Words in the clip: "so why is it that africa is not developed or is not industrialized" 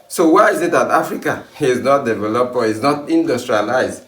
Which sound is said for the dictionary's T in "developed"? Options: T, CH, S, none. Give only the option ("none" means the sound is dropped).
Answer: none